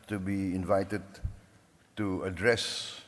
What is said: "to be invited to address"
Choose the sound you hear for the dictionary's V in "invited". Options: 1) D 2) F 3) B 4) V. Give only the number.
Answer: 4